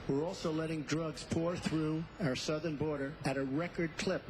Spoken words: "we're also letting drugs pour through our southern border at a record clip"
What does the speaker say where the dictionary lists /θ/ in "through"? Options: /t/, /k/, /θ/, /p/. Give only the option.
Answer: /θ/